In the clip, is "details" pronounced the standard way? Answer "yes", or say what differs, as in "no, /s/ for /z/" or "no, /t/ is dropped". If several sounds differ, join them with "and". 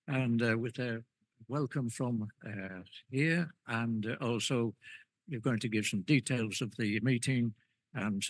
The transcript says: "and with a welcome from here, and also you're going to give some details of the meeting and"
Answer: yes